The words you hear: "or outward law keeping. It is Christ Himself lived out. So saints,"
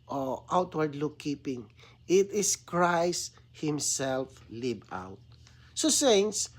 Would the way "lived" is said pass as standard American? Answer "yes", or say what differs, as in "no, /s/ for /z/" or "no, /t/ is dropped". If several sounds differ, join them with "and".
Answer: no, /d/ is dropped